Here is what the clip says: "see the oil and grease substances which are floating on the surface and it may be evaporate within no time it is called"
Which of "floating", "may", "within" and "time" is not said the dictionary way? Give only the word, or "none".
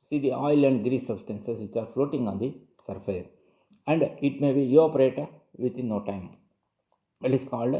within